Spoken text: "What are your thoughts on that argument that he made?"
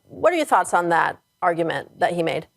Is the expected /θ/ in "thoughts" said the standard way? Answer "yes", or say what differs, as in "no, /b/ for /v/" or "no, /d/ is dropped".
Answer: yes